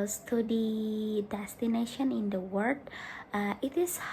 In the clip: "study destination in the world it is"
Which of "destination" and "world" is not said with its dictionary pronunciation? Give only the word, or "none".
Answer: world